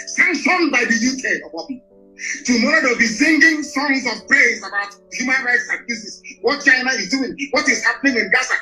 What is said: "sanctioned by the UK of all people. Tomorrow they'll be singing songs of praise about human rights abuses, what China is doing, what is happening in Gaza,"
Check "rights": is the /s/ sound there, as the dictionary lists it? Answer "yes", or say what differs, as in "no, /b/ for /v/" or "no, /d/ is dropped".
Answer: yes